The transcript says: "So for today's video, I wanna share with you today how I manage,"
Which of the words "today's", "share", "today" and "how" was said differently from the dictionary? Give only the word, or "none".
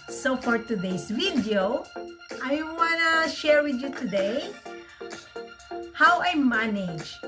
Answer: today's